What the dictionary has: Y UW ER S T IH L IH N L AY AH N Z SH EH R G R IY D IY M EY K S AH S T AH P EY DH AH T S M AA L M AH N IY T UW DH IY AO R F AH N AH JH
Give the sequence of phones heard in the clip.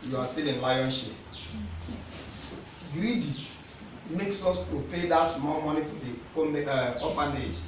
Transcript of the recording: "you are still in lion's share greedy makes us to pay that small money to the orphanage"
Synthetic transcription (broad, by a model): Y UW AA S T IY L IH N L AY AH N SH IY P G R IY D IY M EY K S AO S T AH P EY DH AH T S M AA L M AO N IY T UW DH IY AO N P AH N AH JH